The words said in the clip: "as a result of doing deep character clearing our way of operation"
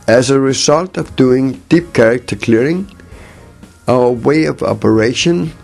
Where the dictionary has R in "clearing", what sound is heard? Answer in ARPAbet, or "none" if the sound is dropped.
R